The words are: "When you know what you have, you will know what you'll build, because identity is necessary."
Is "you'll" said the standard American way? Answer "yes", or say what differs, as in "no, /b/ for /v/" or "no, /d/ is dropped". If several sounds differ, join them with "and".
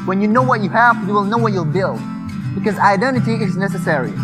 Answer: yes